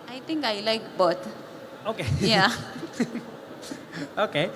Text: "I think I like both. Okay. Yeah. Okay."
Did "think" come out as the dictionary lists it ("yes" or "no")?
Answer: no